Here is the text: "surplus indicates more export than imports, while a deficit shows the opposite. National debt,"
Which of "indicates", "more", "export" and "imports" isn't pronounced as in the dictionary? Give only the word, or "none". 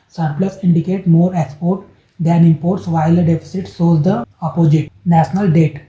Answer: indicates